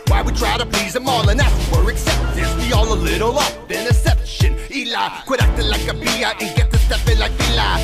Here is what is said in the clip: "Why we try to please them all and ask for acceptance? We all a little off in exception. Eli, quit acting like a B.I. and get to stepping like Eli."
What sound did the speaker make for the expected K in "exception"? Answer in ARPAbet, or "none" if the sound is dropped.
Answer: none